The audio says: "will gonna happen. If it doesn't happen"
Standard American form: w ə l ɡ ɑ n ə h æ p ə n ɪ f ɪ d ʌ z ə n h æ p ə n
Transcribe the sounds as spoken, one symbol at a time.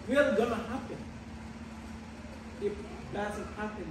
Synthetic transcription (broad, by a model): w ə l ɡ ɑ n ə h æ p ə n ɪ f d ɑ s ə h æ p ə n